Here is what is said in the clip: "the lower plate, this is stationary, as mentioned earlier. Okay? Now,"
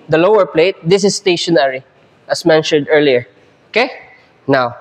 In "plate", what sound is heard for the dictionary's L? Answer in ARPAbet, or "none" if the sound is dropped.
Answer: L